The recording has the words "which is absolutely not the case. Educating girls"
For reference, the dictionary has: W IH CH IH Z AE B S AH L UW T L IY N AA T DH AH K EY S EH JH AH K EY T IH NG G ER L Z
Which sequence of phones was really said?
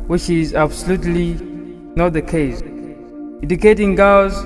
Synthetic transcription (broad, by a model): W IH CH IH Z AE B S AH L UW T L IY N AA T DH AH K EY S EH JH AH K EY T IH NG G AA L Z